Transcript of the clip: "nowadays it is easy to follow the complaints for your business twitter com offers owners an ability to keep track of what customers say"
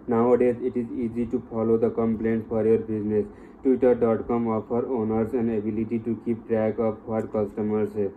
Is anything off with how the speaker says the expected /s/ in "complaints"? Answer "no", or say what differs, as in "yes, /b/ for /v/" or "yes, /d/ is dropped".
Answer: yes, /s/ is dropped